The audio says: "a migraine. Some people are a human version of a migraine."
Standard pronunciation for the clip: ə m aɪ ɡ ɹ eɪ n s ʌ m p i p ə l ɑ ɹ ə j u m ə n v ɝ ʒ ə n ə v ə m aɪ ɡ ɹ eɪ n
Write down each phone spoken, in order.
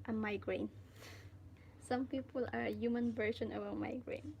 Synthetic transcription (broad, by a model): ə m aɪ ɡ ɹ eɪ n s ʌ m p i p ə l ɑ ɹ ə j u m ə n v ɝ ʃ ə n ə v ə m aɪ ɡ ɹ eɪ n